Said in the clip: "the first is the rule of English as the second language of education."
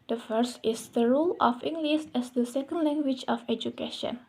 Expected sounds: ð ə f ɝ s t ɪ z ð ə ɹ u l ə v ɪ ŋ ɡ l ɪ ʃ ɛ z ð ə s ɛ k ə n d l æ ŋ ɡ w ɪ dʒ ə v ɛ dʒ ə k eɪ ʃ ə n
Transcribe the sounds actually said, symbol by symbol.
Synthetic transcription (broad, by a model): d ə f ɝ s t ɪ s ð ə ɹ u l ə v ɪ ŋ ɡ l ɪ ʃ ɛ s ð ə s ɛ k ə n d l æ ŋ ɡ w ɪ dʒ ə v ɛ dʒ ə k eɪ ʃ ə n